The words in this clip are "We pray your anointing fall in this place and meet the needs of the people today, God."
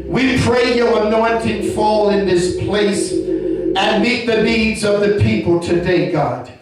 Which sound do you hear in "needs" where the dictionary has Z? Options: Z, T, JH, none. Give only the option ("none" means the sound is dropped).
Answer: Z